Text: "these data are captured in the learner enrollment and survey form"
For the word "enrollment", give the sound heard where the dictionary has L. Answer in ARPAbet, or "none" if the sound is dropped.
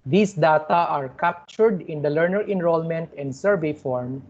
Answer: L